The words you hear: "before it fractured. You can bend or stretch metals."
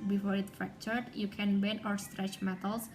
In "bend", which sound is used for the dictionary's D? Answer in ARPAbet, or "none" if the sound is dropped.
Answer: none